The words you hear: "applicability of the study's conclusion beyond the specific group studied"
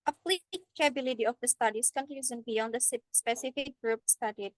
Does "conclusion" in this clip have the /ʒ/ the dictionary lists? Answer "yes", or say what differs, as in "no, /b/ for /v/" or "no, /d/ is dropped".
no, /z/ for /ʒ/